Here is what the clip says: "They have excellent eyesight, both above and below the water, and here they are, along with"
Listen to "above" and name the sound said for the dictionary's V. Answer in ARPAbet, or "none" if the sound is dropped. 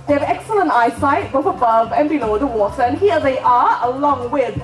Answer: V